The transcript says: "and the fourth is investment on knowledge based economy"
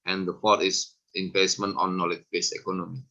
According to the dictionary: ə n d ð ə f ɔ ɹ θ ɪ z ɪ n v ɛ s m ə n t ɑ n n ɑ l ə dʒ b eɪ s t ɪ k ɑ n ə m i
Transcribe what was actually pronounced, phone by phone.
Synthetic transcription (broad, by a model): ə n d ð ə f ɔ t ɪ s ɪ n p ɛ s m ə n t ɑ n n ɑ l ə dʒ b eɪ s ɪ k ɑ n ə m i